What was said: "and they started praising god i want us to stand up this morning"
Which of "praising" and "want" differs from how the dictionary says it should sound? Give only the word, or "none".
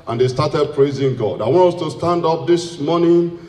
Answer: none